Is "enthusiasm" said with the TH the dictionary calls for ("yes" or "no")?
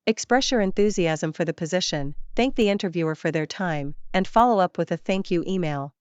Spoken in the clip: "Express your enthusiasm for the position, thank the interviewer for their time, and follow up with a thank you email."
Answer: yes